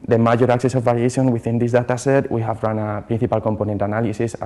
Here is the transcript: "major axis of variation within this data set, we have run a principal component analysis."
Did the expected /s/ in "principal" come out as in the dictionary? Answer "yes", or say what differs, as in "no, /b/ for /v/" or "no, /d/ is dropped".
no, /θ/ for /s/